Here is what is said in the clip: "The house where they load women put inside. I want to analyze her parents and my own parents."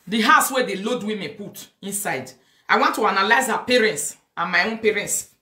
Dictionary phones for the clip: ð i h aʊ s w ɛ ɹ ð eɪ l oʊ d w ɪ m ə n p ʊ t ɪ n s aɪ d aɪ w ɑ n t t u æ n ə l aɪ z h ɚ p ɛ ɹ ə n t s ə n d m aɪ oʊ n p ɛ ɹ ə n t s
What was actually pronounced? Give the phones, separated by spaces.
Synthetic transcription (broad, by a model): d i h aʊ s w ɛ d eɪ l oʊ d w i m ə p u t ɪ n s aɪ d aɪ w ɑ n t t u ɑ n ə l aɪ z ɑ p ɛ ɹ ə n t s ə n m aɪ oʊ n p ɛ ɹ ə n t s